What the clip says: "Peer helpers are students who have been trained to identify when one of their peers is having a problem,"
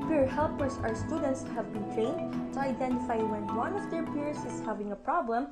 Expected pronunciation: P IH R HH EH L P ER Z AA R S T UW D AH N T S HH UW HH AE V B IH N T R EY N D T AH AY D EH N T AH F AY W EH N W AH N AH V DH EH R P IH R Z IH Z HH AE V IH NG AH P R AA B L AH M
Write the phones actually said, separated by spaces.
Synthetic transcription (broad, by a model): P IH R HH EH L P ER S AA R S T UW D AH N T S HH HH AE V B IH N T R EY N D T AH AY D EH N T AH F AY W EH N W AH N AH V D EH R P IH R S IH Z HH AE V IH NG AH P R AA B L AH M